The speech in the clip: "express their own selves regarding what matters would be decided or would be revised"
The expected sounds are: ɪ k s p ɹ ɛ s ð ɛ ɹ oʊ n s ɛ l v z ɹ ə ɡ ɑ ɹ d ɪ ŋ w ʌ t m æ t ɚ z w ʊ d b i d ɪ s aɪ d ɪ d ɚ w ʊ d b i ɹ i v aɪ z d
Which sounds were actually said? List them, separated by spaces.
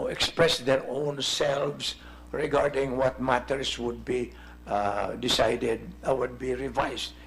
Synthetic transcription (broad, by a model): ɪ k s p ɹ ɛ s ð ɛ ɹ oʊ n s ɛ l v s ɹ ə ɡ ɑ ɹ d ɪ ŋ w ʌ t m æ t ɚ s w ʊ d b i d ɪ s aɪ d ɪ d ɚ w ʊ d b i ɹ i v aɪ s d